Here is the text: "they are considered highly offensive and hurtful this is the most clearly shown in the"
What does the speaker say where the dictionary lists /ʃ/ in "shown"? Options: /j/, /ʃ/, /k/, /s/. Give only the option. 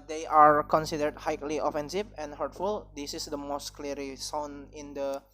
/s/